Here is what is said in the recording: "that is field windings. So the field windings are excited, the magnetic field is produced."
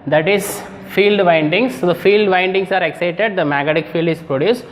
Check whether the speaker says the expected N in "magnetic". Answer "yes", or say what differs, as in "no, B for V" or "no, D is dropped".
no, N is dropped